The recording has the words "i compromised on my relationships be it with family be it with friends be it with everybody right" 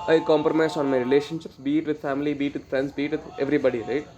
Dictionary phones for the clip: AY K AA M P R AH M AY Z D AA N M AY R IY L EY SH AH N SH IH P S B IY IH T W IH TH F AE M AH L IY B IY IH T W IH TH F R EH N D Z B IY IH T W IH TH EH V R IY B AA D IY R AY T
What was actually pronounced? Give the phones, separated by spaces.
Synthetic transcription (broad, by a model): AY K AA M P R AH M AY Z AA N M AY R IY L EY SH AH N SH IH P S B IY T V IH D F AE M AH L IY B IY T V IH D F R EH N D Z B IY T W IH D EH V R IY B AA D IY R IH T